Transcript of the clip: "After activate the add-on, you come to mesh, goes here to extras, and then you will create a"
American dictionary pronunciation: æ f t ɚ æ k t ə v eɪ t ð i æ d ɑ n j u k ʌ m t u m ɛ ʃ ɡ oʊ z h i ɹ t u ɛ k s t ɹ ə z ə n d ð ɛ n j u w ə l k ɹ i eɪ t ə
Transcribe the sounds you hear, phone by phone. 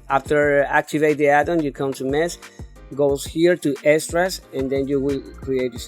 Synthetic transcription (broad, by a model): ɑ f t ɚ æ k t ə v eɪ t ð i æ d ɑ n j u k ʌ m t u m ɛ s ɡ oʊ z h i ɹ t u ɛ s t ɹ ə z ə n d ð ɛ n j u w ə l k ɹ i eɪ t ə